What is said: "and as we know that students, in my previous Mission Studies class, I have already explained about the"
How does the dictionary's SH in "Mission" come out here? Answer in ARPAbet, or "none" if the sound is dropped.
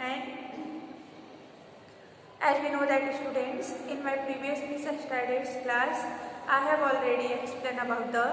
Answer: S